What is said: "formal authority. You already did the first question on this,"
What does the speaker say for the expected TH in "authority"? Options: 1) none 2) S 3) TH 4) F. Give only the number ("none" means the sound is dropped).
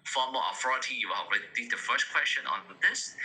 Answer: 4